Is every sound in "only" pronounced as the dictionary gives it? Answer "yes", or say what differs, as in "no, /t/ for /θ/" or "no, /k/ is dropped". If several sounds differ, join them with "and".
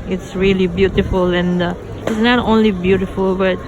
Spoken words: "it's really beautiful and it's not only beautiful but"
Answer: yes